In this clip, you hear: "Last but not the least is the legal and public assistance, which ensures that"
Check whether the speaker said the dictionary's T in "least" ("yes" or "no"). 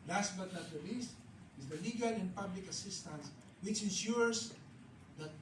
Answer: yes